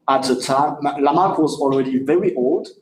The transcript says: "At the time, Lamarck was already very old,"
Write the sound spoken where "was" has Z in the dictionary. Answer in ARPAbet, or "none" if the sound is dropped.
Z